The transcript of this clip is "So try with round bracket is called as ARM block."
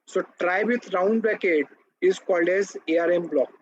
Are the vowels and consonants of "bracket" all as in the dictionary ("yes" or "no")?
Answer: no